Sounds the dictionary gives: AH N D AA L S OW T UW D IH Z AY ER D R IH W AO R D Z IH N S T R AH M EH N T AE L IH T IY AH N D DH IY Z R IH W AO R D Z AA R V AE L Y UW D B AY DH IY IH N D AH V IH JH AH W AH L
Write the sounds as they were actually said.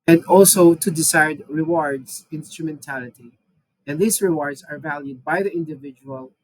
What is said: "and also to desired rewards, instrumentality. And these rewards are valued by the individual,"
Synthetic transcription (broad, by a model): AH N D AA L S OW T UW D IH S AY D R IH W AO R D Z IH N S T R AH M EH N T AE L IH T IY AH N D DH IY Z R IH W AO R D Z AA R V AE L Y UW D B AY DH IY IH N D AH V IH JH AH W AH L